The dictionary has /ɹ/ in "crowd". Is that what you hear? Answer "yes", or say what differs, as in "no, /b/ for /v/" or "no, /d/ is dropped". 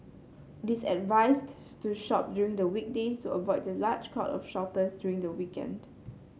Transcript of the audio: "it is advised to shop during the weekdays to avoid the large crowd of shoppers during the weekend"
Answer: no, /ɹ/ is dropped